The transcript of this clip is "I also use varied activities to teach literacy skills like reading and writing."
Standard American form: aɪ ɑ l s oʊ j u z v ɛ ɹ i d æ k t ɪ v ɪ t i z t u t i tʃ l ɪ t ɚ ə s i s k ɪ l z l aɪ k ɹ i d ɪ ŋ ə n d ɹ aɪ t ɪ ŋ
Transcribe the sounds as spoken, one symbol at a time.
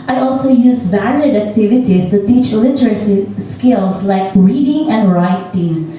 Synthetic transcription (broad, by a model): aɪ ɑ l s oʊ j u z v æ l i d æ k t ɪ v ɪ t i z t u t i tʃ l ɪ t ɚ ə s i s k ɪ l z l aɪ k ɹ i d ɪ ŋ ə n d ɹ aɪ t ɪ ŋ